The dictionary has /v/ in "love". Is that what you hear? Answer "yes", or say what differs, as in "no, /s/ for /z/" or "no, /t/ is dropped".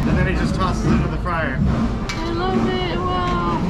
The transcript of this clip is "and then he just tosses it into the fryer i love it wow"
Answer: no, /b/ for /v/